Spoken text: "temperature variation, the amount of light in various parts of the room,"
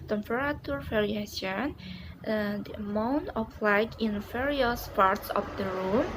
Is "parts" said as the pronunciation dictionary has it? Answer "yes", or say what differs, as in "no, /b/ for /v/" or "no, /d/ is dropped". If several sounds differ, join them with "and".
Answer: yes